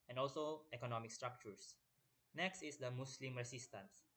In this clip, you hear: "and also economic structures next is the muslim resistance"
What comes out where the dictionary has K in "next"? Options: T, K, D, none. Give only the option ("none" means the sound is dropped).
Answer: K